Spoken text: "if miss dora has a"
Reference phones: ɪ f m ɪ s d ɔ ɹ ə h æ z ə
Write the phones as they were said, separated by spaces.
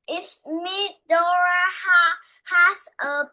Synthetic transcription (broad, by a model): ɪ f m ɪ d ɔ ɹ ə h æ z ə